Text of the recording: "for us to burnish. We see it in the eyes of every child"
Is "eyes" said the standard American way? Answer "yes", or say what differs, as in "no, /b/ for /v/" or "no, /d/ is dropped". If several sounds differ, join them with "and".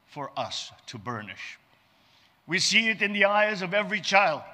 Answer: yes